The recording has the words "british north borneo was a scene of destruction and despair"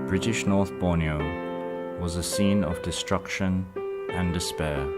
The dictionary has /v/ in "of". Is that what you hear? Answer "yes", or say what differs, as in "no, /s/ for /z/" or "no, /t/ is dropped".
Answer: yes